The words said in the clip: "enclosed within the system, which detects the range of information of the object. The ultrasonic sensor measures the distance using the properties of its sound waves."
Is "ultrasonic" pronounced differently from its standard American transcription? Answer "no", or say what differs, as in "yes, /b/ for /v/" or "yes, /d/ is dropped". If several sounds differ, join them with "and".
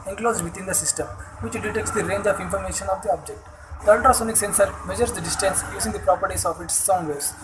yes, /ɹ/ is dropped